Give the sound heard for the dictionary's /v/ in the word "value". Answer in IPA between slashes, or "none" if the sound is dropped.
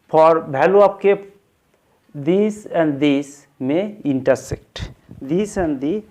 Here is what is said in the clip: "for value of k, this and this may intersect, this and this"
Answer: /b/